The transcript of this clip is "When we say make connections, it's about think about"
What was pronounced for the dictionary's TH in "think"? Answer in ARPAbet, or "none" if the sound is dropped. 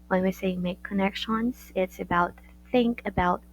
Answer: TH